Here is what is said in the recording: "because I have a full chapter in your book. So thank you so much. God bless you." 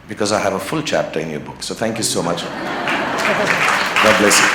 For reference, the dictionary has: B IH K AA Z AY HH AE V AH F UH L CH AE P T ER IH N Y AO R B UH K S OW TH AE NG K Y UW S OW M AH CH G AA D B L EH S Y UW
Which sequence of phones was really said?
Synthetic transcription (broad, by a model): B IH K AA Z AY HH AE V AH F UH L CH AE P T ER IH N Y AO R B UH K S OW TH AE NG K Y UW S OW M AH CH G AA B L EH S